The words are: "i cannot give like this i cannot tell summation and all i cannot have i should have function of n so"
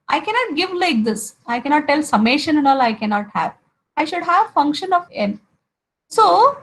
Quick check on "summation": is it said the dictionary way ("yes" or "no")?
yes